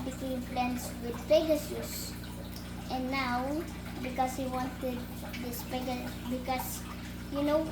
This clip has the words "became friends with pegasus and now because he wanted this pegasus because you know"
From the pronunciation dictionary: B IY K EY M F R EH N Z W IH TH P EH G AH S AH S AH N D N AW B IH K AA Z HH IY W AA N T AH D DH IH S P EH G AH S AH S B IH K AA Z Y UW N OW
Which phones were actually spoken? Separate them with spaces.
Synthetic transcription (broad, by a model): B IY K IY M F L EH N S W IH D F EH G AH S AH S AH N N AW B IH K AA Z HH IY W AA N T AH D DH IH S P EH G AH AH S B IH K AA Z Y UW N OW